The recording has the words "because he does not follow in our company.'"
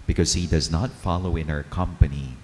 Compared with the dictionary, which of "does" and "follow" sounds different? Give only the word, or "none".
none